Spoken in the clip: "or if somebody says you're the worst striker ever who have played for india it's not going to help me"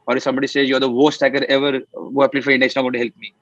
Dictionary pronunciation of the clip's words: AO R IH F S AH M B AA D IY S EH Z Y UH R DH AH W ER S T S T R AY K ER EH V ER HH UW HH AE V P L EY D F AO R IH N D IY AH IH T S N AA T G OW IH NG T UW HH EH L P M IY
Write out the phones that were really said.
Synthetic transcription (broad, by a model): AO R IH F S AH M B AA D IY S EH Z Y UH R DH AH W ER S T S T AY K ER EH V ER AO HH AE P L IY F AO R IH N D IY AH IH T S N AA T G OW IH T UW HH EH L P M IY